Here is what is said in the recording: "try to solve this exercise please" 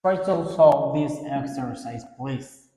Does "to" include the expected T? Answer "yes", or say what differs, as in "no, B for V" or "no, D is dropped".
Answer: no, S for T